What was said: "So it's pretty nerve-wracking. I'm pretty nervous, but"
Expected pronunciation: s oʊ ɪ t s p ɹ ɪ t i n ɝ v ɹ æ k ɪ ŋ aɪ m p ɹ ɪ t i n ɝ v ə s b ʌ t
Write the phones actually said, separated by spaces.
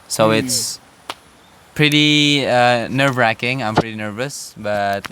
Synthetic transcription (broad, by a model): s oʊ ɪ t s p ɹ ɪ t i n ɝ v ɹ æ k ɪ ŋ aɪ m p ɹ ɪ t i n ɝ v ə s b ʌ t